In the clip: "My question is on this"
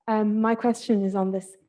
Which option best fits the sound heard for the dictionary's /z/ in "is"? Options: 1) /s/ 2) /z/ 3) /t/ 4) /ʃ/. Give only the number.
2